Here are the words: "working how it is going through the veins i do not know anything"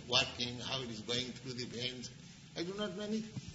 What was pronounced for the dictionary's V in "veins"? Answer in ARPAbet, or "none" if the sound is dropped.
B